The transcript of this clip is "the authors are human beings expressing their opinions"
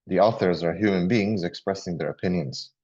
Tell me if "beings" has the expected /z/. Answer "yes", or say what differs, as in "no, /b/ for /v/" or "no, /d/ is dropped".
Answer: yes